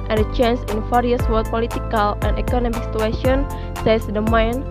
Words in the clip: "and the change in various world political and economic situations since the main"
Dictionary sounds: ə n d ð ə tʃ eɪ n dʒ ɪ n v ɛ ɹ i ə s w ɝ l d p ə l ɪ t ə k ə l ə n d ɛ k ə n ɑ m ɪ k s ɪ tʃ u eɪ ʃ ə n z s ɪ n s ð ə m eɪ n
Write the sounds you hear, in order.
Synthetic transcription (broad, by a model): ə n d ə tʃ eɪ n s ɪ n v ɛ ɹ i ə s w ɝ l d p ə l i t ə k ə l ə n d ɛ k ə n ɑ m ɪ k s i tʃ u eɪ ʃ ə n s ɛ s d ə m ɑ n